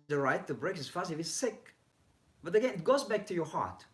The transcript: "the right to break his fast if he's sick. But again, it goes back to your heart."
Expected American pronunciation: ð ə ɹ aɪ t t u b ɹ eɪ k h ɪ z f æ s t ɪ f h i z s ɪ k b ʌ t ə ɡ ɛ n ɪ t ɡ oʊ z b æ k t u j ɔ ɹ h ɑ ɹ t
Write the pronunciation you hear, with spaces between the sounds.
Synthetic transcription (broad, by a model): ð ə ɹ aɪ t t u b ɹ eɪ k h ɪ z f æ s ɪ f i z s ɪ k b ʌ t ə ɡ ɛ n ɪ t ɡ oʊ z b æ k t u j ɔ ɹ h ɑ ɹ t